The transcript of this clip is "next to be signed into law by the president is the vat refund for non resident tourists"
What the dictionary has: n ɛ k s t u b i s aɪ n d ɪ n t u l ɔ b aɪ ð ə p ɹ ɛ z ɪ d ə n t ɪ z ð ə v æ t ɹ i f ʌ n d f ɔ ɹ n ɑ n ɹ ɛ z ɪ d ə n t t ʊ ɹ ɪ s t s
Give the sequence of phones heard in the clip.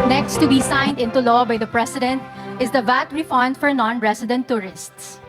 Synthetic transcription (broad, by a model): n ɛ k s t u b i s aɪ n d ɪ n t u l ɔ b aɪ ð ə p ɹ ɛ s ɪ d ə n t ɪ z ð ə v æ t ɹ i f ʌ n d f ɔ ɹ n ɑ n ɹ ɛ s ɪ d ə n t t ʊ ɹ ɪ s t s